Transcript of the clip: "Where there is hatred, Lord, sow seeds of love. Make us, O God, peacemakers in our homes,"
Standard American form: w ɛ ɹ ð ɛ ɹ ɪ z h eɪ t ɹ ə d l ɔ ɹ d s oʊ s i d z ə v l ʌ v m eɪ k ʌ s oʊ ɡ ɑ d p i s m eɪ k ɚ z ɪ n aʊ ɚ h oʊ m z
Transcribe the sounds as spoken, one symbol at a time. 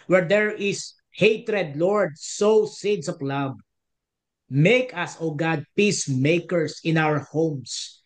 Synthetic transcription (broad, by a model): w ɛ ɹ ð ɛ ɹ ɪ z h eɪ t ɹ ə d l ɔ ɹ d s oʊ s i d s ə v l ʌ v m eɪ k ʌ s oʊ ɡ ɑ d p i s m eɪ k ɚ s ɪ n aʊ ɚ h oʊ m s